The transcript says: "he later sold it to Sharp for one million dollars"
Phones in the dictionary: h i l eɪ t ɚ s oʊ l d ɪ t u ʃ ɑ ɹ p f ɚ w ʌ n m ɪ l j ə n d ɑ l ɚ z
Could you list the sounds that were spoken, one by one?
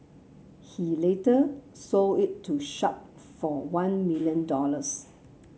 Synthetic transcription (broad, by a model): h i l eɪ t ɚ s oʊ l ɪ t u ʃ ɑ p f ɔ w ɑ n m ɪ l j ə n d ɑ l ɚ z